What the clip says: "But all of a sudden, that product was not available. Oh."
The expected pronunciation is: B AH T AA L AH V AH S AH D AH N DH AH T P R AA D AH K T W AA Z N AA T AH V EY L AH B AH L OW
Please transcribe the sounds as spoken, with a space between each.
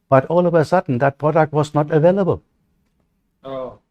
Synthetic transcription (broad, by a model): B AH T AA L AH V AH S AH D N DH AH T P R AA D AH K T W AA Z N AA T AH V EY L AH B AH L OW